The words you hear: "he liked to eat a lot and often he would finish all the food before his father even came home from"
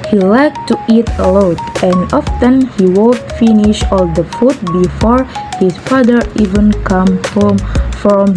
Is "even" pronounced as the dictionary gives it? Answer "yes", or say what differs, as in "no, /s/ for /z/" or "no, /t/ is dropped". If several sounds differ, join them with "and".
yes